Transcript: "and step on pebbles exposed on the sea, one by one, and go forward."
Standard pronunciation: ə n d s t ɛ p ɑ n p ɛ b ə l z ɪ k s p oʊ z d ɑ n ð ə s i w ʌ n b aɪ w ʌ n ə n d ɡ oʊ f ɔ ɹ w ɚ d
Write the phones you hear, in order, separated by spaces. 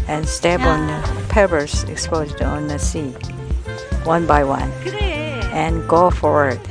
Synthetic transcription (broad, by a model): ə n s t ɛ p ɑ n p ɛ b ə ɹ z ɪ k s p oʊ z d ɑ n ð ə s i w ʌ n b aɪ w ʌ n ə n ɡ oʊ f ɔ ɹ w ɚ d